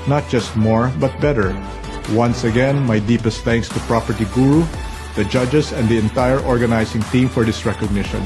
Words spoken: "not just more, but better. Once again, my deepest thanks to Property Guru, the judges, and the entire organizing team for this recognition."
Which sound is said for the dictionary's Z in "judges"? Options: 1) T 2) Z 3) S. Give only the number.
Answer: 3